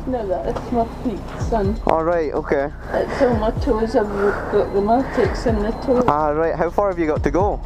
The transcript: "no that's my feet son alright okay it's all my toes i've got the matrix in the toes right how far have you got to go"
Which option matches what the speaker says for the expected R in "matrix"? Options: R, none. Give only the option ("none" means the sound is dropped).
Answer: none